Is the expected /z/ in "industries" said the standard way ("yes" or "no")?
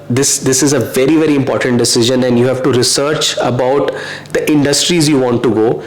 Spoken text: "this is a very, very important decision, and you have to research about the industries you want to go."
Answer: yes